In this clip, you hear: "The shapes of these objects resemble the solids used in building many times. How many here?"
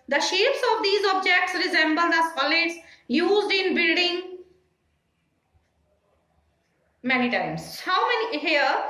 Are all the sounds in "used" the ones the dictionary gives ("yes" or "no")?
yes